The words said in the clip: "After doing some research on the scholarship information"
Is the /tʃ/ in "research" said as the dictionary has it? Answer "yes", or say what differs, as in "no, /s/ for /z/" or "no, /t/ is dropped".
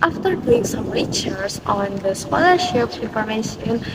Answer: no, /s/ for /tʃ/